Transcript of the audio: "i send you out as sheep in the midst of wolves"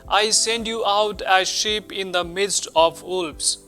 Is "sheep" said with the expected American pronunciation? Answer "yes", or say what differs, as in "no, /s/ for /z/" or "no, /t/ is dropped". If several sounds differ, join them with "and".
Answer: yes